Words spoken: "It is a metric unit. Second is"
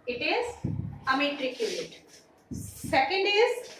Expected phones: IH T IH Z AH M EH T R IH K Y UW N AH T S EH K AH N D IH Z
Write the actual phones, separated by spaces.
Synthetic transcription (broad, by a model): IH T IH Z AH M EH T R IH K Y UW L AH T S EH K AH N D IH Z